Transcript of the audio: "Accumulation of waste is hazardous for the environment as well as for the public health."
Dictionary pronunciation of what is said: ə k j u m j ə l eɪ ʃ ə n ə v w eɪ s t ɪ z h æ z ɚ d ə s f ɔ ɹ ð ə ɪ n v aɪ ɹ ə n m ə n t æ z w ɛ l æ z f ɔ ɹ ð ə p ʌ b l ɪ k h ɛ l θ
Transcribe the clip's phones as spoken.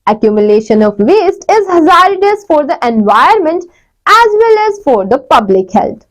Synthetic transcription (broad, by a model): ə k j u m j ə l eɪ ʃ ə n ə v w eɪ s t ɪ z h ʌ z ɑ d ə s f ɔ ɹ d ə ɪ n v aɪ ə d m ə n t æ z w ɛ l æ z f ɔ ɹ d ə p ʌ b l ɪ k h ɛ l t